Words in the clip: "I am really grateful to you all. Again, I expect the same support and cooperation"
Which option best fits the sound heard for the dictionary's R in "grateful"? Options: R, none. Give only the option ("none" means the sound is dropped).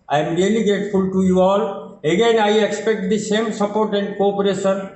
none